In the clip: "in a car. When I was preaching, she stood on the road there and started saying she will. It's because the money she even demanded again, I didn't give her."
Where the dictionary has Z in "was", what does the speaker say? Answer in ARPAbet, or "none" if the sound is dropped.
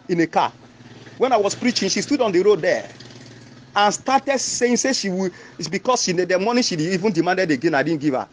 S